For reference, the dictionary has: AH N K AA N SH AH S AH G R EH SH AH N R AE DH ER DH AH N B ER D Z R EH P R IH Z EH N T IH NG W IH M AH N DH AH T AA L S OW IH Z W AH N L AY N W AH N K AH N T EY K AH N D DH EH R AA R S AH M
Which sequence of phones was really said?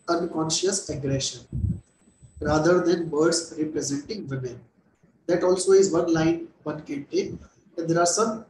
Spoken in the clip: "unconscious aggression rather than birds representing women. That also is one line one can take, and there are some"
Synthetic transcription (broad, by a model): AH N K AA N SH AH S AH G R EH SH AH N R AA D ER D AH N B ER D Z R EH P R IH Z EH N T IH NG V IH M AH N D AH T AA L S OW IH Z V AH N L AY N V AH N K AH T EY AH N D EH R AA R S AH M